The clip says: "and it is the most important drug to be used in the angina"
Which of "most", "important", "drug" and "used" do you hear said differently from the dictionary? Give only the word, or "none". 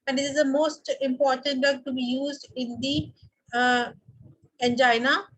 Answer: drug